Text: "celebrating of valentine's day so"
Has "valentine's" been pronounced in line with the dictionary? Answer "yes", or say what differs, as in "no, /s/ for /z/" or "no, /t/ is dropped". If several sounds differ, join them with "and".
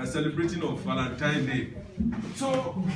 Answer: no, /f/ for /v/